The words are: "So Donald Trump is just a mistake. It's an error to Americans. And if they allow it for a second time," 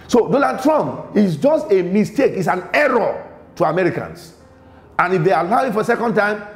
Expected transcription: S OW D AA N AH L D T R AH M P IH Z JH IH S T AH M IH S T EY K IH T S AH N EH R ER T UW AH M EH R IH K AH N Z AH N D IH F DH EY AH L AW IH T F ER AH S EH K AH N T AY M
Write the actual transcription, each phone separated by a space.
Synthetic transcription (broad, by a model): S OW D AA N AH D T R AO M P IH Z JH IH S T AH M IH S T EY K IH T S AH N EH R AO T UW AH M EH R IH K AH N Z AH N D IH F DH EY AH L AW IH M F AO AH S EH K AH N T AY M